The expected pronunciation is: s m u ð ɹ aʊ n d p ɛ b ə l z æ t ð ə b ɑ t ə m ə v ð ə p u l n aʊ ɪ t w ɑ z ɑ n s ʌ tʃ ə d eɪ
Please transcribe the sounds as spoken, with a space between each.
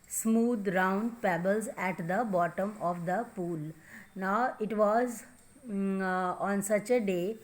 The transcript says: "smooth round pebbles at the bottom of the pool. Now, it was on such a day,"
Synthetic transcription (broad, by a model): s m u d ɹ aʊ n d p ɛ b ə l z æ t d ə b ɑ t ə m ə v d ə p u l n aʊ ɪ t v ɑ z ɑ n s ʌ tʃ ə d eɪ